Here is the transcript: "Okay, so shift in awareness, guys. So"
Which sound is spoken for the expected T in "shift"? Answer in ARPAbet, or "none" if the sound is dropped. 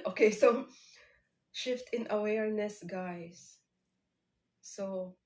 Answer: T